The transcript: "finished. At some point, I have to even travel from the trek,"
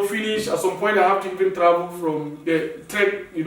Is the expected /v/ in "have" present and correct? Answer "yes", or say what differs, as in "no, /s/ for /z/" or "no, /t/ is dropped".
no, /f/ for /v/